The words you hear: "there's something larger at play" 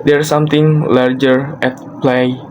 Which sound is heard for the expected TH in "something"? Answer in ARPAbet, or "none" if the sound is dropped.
T